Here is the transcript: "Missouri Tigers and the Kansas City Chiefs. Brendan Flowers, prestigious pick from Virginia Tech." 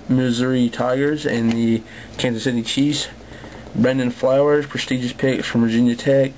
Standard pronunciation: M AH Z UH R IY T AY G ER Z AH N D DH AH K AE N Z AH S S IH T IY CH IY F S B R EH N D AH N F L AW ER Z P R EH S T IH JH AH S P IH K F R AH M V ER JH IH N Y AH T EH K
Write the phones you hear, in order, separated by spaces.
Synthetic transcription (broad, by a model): M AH Z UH R IY T AY G ER Z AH N DH AH K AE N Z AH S S IH T IY CH IY S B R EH N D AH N F L AW ER Z P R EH S T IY JH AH S P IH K F R AH M V ER JH IH N Y AH T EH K